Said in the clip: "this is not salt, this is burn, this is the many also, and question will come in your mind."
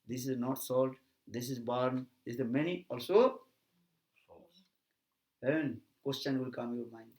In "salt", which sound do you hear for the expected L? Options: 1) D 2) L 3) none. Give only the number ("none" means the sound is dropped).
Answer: 2